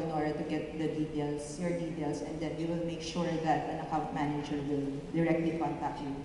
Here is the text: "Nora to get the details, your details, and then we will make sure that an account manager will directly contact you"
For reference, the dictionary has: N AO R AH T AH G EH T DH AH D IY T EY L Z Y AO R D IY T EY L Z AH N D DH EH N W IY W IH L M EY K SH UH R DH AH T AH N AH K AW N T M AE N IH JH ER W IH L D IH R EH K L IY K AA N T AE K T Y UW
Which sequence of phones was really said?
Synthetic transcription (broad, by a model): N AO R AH T AH G EH T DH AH D IY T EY L S Y AO R D IY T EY L S AH N D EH N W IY W IH L M EY K SH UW R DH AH T AH N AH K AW T M AE N IH JH ER W IH L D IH R EH K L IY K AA N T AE K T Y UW